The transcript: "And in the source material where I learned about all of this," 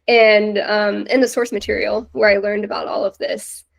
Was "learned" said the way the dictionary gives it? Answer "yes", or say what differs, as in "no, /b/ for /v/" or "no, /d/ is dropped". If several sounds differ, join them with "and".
yes